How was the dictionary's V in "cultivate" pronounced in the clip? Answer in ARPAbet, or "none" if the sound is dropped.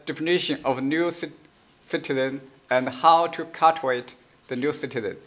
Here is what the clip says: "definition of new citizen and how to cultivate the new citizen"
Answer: none